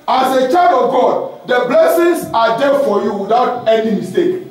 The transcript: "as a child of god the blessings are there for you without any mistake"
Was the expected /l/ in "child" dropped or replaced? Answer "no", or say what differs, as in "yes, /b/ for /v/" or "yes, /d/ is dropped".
yes, /l/ is dropped